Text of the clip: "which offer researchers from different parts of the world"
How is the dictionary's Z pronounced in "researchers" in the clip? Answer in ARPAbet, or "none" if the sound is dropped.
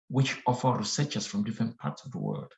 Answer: S